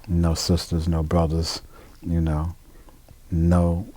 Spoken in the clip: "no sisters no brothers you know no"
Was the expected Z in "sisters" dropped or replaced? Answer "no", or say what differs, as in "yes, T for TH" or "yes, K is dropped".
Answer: no